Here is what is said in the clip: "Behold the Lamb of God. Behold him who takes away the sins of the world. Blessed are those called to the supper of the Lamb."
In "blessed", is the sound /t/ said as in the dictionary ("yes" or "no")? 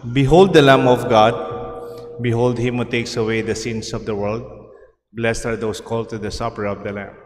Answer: yes